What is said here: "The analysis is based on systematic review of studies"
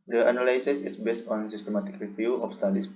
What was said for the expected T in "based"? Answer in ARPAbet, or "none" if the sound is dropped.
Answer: T